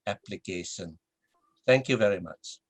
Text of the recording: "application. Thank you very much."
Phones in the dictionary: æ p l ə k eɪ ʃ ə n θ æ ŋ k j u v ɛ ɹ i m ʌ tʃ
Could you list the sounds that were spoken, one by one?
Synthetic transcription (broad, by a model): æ p l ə k eɪ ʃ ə n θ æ ŋ k j u v ɛ ɹ i m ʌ tʃ